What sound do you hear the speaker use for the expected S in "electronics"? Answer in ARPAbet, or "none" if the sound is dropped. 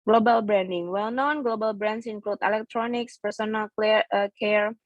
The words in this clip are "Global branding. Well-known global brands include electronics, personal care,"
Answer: S